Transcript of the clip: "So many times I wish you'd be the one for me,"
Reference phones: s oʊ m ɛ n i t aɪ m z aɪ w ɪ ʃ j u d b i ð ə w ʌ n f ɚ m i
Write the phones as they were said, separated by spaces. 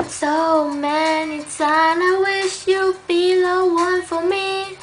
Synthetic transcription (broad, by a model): s oʊ m ɛ n i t aɪ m aɪ w ɪ ʃ j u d b i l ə w ʌ n f ɚ m i